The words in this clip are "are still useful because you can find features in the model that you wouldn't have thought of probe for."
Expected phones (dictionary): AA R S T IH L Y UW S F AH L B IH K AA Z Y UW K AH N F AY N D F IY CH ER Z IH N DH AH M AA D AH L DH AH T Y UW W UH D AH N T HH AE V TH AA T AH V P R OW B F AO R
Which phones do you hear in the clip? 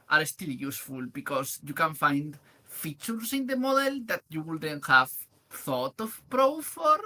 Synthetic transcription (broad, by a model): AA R S T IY L Y UW S F AH L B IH K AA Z Y UW K AH N F AY N D F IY CH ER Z IH N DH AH M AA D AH L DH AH T Y UW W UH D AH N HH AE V TH AA T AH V P R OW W F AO R